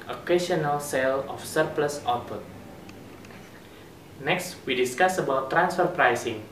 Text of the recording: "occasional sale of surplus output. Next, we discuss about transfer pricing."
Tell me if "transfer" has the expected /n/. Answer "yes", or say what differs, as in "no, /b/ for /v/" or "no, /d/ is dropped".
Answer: yes